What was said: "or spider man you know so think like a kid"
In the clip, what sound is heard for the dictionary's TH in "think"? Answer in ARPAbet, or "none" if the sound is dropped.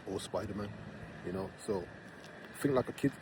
F